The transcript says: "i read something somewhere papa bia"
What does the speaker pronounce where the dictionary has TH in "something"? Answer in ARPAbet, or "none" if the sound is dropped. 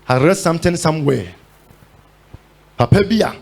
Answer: T